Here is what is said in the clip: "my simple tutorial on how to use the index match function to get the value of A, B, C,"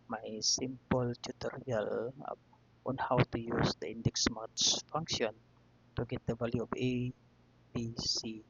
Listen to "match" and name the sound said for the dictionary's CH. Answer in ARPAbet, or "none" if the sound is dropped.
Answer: S